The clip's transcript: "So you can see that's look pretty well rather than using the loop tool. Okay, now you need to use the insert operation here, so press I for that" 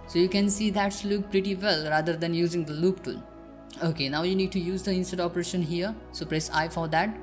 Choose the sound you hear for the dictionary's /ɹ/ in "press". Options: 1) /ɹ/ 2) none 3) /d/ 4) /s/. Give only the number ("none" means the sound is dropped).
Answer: 1